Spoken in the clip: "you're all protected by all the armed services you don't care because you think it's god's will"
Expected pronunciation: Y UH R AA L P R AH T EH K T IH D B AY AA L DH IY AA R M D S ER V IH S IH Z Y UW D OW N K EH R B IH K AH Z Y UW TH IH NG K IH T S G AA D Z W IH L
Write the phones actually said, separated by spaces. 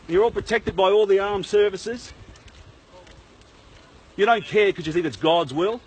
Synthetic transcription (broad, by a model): Y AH R AA L P R AH T EH K T IH D B AY AA L DH IY AA R M S ER V IH S IH Z Y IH D OW N K EH R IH K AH Z Y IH TH IH NG K IH T S G AA D Z W IH L